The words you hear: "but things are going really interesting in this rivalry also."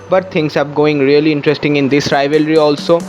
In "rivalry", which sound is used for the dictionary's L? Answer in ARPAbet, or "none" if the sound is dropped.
L